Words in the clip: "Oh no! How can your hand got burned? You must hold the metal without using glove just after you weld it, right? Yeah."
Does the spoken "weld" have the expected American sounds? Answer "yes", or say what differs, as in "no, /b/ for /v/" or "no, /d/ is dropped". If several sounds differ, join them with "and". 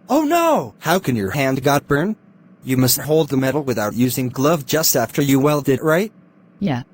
yes